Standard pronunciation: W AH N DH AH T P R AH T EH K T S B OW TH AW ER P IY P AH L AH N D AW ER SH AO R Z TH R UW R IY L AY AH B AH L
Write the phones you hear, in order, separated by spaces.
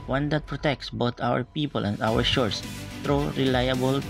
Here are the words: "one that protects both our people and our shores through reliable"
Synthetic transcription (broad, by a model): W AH N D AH T P R AH T EH K T S B OW T AW ER P IY P AH L AH N D AW ER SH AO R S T R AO R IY L AY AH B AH L